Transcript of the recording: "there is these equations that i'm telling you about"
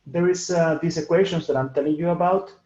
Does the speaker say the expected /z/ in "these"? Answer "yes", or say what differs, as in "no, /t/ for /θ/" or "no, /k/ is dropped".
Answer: no, /s/ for /z/